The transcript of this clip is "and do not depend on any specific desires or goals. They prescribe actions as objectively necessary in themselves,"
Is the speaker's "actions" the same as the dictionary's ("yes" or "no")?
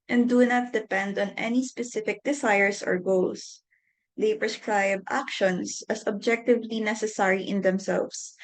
no